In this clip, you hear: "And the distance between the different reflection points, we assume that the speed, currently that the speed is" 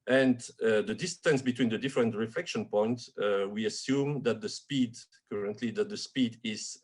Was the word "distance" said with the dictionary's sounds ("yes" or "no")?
yes